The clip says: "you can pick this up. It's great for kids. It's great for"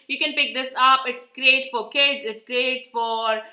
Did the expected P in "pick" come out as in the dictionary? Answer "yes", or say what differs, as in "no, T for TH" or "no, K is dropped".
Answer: yes